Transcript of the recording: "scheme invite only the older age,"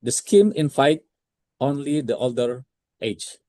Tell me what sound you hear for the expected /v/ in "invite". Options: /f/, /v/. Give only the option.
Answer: /f/